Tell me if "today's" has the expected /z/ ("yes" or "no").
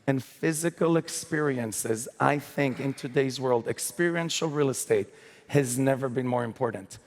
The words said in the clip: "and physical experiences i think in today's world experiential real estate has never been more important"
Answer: yes